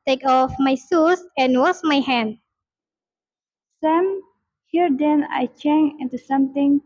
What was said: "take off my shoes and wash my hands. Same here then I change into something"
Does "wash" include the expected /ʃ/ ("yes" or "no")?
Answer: no